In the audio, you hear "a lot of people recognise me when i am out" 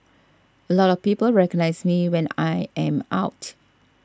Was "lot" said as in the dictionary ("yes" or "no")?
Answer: yes